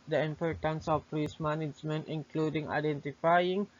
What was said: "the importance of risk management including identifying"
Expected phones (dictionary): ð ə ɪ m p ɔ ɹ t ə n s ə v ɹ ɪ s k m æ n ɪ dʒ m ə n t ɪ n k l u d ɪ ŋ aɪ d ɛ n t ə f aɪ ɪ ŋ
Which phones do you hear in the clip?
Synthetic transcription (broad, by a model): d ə ɪ m p ɔ ɹ t ə n s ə p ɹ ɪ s m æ n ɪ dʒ m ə n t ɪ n k l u d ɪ ŋ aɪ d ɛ n t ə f aɪ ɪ ŋ